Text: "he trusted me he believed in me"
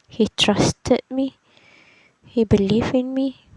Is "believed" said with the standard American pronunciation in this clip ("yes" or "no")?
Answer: no